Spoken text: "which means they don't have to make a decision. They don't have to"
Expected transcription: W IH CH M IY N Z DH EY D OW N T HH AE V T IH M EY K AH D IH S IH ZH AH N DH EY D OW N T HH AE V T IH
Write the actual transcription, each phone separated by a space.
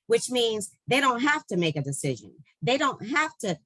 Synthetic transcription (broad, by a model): W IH CH M IY N Z DH EY D OW N T HH AE F T IH M EY K AH D IH S IH ZH AH N DH EY D OW N T HH AE F T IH